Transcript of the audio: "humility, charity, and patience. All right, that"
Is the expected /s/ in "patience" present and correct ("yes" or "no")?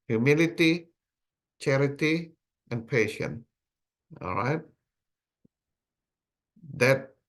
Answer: no